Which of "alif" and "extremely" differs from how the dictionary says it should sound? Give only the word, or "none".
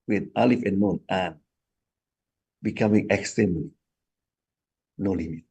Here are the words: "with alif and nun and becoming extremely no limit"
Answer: extremely